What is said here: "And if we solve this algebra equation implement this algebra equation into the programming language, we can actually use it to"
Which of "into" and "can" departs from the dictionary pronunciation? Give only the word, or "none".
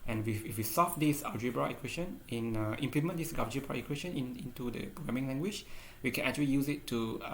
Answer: none